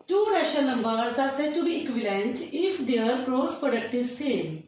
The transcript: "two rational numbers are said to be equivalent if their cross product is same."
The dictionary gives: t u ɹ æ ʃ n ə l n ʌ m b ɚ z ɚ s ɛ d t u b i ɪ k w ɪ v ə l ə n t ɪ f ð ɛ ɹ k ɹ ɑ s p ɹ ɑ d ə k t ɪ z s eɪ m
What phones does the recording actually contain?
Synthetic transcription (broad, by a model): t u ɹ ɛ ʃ ə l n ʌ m b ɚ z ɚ s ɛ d t u b i k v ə l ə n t ɪ f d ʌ ɹ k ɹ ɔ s p ɹ ɑ d ə k t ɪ s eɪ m